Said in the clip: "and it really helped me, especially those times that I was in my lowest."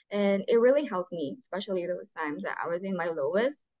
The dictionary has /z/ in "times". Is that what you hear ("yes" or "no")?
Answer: yes